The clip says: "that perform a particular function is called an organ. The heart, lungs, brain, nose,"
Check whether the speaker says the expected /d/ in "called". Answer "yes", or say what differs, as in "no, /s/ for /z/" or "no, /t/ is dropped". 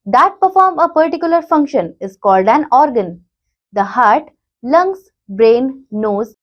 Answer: yes